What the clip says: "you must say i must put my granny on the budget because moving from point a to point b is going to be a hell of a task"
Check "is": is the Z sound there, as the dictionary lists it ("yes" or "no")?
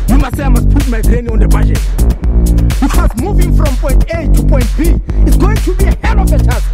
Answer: no